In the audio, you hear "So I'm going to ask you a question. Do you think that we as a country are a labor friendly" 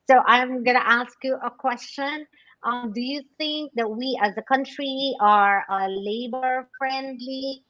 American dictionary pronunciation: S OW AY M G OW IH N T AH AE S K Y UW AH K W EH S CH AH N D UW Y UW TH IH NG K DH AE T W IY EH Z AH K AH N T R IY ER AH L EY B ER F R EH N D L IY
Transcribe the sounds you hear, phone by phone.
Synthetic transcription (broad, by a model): S OW AY M G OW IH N T AE S K Y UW AH K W EH S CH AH N D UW Y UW TH IH NG K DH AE T W IY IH Z AH K AH N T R IY ER AH L EY B ER F R EH N D L IY